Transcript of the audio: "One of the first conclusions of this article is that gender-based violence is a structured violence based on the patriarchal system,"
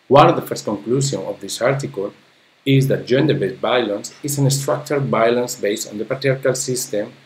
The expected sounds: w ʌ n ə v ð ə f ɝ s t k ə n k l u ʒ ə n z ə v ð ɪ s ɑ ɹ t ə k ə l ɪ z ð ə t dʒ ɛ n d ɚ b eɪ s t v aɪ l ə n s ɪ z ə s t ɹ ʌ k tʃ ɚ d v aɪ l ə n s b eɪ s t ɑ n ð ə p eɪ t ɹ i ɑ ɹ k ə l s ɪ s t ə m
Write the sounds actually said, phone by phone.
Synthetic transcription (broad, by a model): w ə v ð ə f ɝ s t k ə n k l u s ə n ə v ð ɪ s ɑ ɹ t ə k ə l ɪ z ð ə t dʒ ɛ n d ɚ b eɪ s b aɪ l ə n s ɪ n ə s t ɹ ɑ k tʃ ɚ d b aɪ l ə n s b eɪ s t ɑ n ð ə p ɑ t ɹ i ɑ ɹ k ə l s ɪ s t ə m